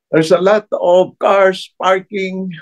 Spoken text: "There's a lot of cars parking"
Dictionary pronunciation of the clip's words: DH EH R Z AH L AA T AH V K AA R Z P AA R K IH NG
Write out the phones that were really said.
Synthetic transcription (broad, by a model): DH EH R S AH L AA T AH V K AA R S P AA R K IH NG